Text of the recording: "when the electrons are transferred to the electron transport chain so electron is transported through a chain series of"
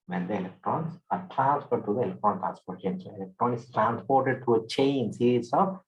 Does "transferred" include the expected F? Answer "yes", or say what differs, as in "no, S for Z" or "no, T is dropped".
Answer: no, P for F